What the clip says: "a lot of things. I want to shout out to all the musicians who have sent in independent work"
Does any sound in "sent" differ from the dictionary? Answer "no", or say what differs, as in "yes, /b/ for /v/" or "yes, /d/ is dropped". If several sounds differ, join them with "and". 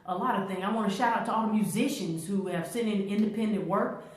yes, /t/ is dropped